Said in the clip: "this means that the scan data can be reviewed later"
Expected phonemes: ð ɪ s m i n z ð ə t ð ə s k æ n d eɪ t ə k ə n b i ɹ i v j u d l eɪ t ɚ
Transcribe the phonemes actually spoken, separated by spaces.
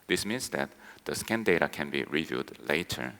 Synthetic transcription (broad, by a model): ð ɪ s m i n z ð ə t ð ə s k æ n d eɪ t ə k ə n b i ɹ i v j u d l eɪ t ɚ